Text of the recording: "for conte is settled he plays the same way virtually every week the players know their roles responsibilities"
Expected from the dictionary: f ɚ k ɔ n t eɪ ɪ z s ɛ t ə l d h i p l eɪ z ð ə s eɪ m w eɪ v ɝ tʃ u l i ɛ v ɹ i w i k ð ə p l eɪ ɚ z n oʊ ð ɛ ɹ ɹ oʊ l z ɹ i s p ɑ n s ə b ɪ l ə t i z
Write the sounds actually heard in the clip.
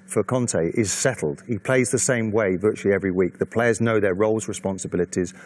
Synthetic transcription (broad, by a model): f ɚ k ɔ n t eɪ ɪ z s ɛ t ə l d h i p l eɪ z ð ə s eɪ m w eɪ v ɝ tʃ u l i ɛ v ɹ i w i k ð ə p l eɪ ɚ z n oʊ ð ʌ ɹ ɹ oʊ l z ɹ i s p ɑ n s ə b ɪ l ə t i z